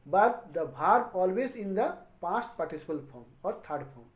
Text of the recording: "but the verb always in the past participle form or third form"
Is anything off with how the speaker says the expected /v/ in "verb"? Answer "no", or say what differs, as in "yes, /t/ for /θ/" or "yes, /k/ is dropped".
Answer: yes, /b/ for /v/